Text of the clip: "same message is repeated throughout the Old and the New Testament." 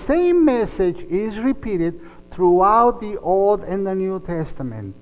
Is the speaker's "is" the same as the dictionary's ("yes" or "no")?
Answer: yes